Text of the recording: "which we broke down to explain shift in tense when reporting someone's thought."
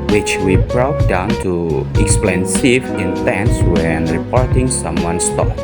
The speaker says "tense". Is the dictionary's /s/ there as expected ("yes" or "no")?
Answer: yes